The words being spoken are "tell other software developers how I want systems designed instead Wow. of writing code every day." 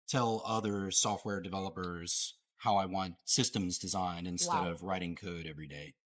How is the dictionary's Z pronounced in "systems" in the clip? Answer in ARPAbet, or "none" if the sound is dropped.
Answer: Z